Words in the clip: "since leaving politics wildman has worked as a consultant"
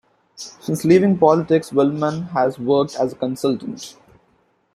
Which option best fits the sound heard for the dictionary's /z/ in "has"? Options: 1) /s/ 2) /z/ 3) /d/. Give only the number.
2